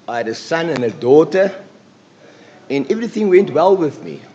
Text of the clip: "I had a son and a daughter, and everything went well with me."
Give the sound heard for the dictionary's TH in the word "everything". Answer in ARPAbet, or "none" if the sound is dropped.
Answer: TH